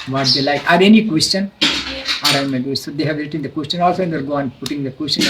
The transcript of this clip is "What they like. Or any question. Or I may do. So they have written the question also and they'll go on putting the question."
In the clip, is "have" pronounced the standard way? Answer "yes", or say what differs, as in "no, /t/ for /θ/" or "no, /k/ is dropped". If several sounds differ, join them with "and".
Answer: yes